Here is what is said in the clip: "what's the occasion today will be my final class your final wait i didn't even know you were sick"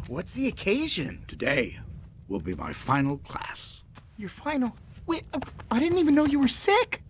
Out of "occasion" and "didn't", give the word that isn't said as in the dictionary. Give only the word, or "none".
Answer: none